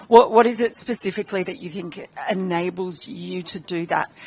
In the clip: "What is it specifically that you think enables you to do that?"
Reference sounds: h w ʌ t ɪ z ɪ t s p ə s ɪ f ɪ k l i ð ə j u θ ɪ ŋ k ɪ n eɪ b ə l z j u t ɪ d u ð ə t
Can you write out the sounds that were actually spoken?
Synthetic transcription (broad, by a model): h w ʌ t ɪ z ɪ t s p ə s ɪ f ɪ k l i ð ə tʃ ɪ θ ɪ ŋ k ɪ n eɪ b ə l z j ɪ t ɪ d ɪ ð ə t